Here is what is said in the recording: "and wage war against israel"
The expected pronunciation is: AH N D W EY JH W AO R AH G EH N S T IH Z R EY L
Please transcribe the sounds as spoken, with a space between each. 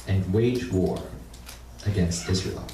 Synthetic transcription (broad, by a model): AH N W EY JH W AO R AH G EH N S T IH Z R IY L